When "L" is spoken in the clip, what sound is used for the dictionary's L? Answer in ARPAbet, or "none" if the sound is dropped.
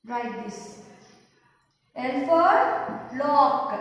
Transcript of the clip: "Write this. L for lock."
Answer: N